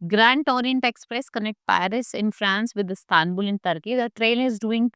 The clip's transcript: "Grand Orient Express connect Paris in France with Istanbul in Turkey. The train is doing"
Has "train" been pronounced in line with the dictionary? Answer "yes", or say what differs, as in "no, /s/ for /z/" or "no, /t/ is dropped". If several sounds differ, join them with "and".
no, /l/ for /n/